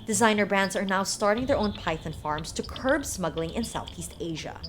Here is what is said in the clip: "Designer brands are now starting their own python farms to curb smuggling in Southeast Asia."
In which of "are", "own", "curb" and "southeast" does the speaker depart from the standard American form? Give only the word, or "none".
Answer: none